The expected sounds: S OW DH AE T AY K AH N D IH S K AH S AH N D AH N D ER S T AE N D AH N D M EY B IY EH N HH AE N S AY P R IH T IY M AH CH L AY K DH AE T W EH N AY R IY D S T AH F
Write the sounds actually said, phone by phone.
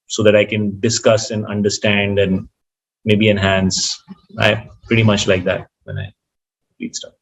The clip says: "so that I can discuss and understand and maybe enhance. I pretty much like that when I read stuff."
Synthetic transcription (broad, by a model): S OW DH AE T AY K AH N D IH S K AH S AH N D AH N D ER S T AE N D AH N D M EY B IY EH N HH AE N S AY P R IH T IY M AH CH L AY K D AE T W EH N AY L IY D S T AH